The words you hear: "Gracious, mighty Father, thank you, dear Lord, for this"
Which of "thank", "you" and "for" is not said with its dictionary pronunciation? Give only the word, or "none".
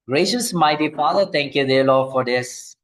thank